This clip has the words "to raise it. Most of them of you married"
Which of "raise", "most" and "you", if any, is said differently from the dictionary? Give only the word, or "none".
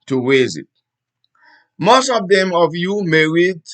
raise